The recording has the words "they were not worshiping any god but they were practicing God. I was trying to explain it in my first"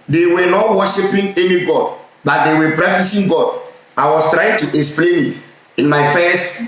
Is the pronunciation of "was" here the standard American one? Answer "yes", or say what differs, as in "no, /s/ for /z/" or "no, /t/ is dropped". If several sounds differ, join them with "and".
no, /s/ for /z/